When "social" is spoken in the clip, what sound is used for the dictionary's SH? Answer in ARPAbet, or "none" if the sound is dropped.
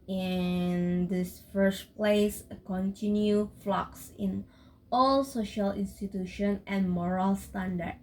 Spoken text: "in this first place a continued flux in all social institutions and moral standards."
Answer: SH